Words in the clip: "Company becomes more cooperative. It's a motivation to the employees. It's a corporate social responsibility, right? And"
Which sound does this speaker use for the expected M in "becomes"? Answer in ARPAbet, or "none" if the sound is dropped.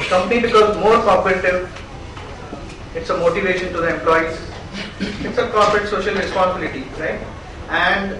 none